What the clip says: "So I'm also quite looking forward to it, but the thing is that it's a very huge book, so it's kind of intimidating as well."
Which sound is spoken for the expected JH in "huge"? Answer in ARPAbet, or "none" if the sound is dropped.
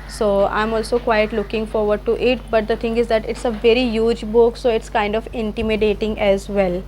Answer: JH